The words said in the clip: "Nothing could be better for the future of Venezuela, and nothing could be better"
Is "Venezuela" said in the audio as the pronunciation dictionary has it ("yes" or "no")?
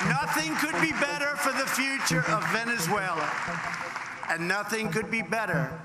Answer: yes